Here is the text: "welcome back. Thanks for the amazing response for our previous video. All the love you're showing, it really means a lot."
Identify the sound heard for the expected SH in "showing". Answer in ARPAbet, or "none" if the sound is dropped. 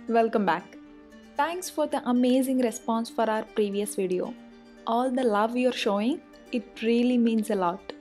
SH